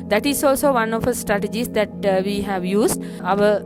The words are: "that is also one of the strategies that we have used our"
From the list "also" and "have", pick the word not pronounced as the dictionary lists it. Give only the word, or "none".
none